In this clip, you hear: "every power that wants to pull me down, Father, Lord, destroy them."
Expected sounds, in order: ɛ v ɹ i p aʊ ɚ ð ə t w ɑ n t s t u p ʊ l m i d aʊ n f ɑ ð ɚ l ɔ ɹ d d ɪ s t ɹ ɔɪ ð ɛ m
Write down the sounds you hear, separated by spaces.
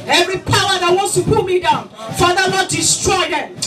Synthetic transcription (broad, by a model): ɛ v ɹ i p aʊ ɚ ð ə t w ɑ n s t u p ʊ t m i d aʊ n f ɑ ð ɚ n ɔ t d d ɪ s t ɹ ɔɪ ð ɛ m